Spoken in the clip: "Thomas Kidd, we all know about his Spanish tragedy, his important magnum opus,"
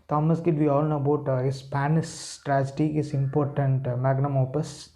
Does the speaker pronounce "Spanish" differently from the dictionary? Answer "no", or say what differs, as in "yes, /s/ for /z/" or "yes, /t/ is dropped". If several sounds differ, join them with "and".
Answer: yes, /s/ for /ʃ/